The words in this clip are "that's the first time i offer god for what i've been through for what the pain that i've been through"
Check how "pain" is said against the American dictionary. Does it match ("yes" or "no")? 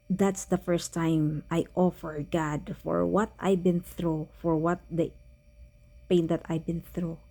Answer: yes